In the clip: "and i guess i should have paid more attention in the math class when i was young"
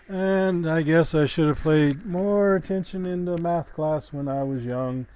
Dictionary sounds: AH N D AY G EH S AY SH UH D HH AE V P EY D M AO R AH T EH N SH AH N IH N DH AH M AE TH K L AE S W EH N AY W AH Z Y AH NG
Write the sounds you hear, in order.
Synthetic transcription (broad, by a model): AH N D AY G EH S AY SH UH D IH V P EY D M AO R AH T EH N SH AH N IH N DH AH M AE TH K L AE S W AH N AY W AH Z Y AH NG